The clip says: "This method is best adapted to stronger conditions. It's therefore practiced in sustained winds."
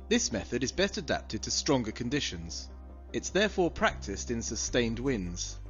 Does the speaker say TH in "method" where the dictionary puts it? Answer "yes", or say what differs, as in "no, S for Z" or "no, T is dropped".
yes